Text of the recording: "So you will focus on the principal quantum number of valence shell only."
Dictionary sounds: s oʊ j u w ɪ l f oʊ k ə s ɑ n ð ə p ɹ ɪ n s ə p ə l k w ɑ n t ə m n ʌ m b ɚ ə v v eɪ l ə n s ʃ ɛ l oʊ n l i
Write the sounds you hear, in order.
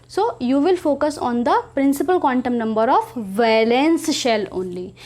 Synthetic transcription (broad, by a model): s oʊ j u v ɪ l f oʊ k ə s ɑ n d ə p ɹ ɪ n s ə p ə l k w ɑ n t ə m n ʌ m b ɚ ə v v eɪ l ə n s ʃ ɛ l oʊ n l i